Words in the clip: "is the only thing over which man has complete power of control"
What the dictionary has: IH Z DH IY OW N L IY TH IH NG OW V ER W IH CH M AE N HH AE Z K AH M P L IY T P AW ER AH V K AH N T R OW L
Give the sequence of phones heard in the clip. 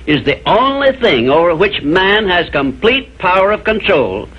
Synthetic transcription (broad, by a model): IH Z DH IY OW N L IY TH IH NG OW V ER W IH CH M AE N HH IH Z K AH M P L IY T P AW ER AH V K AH N T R OW L